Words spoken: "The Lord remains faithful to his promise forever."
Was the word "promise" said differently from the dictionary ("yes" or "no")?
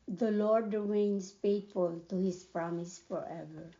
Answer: no